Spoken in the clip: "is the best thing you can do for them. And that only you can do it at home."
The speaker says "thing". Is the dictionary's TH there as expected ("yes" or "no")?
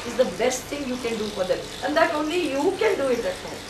no